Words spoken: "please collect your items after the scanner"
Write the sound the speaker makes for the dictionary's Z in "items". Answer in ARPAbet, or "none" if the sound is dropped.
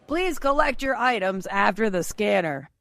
Z